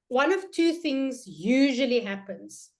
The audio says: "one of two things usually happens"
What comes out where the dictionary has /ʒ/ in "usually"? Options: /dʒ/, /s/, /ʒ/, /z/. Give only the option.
/ʒ/